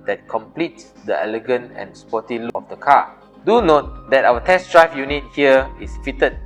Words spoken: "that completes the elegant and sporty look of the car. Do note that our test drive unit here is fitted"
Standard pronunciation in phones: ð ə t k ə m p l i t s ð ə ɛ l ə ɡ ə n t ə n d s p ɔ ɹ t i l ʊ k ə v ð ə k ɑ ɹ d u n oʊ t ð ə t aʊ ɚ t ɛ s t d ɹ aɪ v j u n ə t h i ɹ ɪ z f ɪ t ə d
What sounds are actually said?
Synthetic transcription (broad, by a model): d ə t k ə m p l i t s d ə ɛ l ə ɡ ə n t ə n s p ɔ t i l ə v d ə k ɑ d u n oʊ t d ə t aʊ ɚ t ɛ s d ɹ aɪ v j u n ə t h i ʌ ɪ s f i t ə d